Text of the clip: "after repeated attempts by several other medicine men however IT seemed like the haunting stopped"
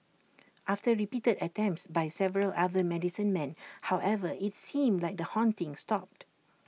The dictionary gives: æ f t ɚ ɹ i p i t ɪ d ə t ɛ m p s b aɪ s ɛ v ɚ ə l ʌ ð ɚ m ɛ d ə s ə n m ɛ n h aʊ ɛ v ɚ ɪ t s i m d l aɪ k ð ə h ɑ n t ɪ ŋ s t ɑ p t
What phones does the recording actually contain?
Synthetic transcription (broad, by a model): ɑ f t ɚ ɹ i p i t ɪ d ə t ɛ m p s b aɪ s ɛ v ɚ ə l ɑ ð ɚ m ɛ d ə s ə n m ɛ n h aʊ ɛ v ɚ ɪ t s i m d l aɪ k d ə h ɑ n t ɪ ŋ s t ɑ p t